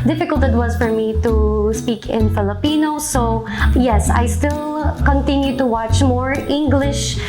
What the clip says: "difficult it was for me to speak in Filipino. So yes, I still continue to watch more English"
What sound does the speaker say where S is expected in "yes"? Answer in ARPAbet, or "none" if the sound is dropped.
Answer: S